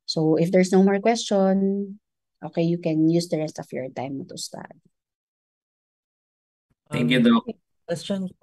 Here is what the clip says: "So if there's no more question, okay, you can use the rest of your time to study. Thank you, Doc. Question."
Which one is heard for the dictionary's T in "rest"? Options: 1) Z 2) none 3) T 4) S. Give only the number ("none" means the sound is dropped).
3